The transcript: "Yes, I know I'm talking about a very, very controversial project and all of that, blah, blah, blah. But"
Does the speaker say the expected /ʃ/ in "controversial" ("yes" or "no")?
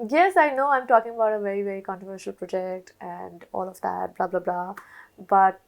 yes